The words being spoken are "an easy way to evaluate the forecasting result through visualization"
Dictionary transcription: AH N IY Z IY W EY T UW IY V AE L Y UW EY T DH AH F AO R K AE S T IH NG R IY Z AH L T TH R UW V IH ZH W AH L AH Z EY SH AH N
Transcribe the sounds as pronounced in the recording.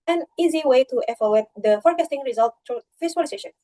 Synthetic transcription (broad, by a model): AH N IY Z IY W EY T UW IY F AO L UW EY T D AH F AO R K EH S T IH NG R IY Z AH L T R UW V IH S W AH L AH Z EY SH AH N